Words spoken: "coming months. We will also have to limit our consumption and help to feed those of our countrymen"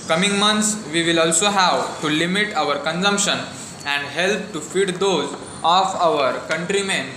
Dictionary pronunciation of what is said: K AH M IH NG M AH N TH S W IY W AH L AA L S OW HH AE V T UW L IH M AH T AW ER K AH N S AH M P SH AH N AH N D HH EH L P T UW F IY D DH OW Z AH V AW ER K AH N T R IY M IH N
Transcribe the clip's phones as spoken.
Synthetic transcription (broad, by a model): K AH M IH NG M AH N T S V IY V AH L AA L S OW HH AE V T UW L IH M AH T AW ER K AH N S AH M P SH AH N AH N D HH EH L P T UW F IY D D OW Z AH F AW ER K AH N T R IY M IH N